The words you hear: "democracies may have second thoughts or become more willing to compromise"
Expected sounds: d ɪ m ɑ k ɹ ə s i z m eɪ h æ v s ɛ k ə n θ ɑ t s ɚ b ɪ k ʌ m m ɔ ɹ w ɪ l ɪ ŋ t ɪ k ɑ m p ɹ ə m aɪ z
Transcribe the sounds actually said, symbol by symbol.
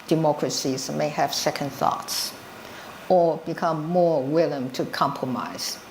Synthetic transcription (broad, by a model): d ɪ m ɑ k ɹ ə s i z m eɪ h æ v s ɛ k ə n θ ɑ t s ɚ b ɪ k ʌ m m ɔ ɹ w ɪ l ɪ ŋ t ɪ k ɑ m p ɹ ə m aɪ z